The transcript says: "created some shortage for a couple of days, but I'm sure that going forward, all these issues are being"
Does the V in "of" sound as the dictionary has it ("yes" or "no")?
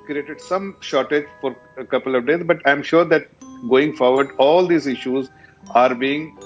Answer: yes